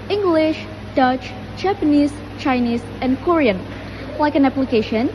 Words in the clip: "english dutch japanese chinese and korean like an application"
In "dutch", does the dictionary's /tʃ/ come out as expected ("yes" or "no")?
yes